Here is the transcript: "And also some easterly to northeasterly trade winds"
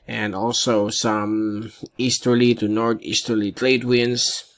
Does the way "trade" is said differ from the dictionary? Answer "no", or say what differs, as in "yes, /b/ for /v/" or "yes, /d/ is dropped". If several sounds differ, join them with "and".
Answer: yes, /l/ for /ɹ/